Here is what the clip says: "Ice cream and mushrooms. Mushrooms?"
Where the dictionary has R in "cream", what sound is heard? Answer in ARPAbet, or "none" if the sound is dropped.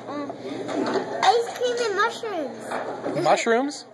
none